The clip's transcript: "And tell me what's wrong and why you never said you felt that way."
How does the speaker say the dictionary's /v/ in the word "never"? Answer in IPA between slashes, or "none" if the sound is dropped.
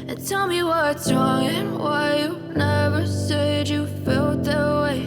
/v/